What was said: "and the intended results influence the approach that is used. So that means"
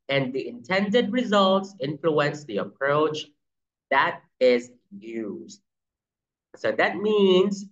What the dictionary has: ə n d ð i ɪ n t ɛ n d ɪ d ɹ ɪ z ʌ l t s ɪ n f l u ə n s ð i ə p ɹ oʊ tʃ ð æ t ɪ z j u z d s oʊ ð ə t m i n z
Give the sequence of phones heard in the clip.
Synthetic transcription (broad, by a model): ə n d ð i ɪ n t ɛ n d ɪ d ɹ ɪ z ʌ l t s ɪ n f l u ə n s ð i ə p ɹ oʊ tʃ ð æ t ɪ z j u z d s oʊ ð ə t m i n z